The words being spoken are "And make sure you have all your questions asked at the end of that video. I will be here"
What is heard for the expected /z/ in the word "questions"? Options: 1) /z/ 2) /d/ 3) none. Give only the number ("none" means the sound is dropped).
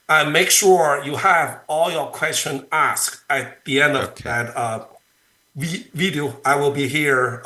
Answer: 3